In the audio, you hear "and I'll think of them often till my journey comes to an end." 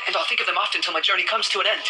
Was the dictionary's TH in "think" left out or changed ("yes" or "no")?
no